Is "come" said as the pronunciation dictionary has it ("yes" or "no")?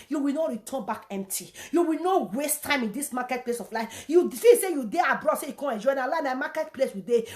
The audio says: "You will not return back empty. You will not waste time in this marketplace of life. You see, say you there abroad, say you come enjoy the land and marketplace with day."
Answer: no